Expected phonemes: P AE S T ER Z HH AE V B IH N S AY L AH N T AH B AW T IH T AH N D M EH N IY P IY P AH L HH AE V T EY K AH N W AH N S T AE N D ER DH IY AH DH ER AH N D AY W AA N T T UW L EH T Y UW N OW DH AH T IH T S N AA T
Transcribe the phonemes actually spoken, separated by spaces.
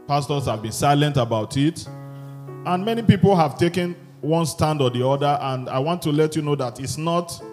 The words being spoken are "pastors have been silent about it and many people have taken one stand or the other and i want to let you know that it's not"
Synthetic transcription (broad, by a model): P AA S T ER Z HH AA V B IH N S AY L AH N T AH B AW T IH T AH N M EH N IY P IY P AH L HH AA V T EY K AH N W AH N S T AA N D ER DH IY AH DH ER AH N D AY W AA N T T UW L EH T Y UW N OW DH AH T IH T S N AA T